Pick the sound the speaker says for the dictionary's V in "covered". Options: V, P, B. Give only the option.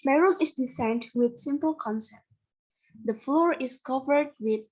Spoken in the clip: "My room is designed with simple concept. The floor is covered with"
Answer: V